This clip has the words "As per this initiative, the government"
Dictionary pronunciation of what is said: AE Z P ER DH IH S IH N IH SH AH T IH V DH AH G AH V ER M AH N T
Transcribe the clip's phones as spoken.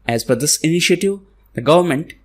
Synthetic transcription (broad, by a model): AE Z F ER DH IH S IH N IH SH AH T IH V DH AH G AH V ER M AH N T